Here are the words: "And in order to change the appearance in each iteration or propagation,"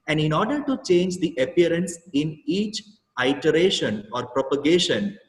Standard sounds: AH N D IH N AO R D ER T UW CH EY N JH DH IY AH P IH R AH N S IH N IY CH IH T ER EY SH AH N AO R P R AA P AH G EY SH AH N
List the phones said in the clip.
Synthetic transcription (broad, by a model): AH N D IH N AO R D ER T UW CH EY N JH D IY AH P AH R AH N S IH N IY CH IH T ER EY SH AH N AO R P R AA P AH G EY SH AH N